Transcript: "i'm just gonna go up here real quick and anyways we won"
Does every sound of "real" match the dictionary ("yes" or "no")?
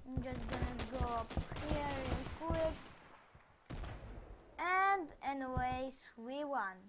no